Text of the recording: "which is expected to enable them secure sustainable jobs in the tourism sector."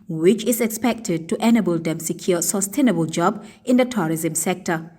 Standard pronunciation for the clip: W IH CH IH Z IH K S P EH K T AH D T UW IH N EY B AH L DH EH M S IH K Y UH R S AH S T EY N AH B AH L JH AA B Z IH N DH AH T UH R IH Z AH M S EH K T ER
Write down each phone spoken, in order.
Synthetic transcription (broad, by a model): W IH CH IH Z IH K S P EH K T AH D T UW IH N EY B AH L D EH M S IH K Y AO S AH S T EY N AH B AH L JH AA B IH N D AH T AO R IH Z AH M S EH K T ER